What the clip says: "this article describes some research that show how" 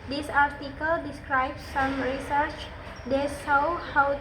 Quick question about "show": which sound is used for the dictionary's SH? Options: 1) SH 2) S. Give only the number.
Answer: 2